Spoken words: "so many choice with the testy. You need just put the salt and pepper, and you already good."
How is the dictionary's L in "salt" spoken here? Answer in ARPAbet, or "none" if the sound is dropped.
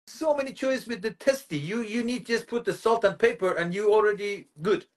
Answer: L